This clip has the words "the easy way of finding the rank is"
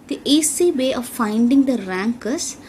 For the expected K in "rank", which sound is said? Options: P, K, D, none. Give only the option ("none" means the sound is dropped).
K